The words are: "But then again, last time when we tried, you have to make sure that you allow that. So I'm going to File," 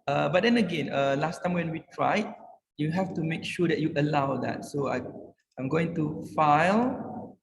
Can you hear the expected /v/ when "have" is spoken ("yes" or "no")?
no